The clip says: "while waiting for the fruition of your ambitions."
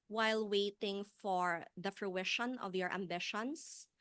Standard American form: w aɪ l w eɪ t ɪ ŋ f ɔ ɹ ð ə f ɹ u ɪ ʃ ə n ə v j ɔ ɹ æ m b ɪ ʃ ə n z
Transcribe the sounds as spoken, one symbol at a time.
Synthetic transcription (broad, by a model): w aɪ l w eɪ t ɪ ŋ f ɔ ɹ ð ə f ɹ u ɪ ʃ ə n ə v j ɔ ɹ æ m b ɪ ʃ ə n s